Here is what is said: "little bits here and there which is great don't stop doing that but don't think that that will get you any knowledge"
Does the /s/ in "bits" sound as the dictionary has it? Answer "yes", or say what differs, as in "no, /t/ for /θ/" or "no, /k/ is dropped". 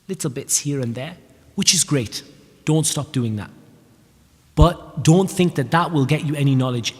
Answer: yes